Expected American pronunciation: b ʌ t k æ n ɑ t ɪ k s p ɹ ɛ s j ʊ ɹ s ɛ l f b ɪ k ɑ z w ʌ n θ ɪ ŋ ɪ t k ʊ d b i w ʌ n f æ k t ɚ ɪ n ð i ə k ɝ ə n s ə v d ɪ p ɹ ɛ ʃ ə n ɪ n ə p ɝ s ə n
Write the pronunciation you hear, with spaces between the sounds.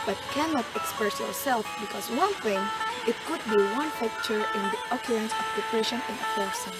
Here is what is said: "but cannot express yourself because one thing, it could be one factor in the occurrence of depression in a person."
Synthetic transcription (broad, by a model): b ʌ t k æ n ɑ t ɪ k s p ɹ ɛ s j ʊ ɹ s ɛ l f b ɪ k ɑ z w ʌ n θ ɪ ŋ ɪ t k ʊ d b i w ʌ n p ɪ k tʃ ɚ ɪ n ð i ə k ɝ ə n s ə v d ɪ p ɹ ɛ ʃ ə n ɪ n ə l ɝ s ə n